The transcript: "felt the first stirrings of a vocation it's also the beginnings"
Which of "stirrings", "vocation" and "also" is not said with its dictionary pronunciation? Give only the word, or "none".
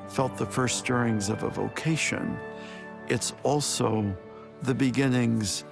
none